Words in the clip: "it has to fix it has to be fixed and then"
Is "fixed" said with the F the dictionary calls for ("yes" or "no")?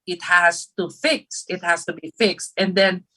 yes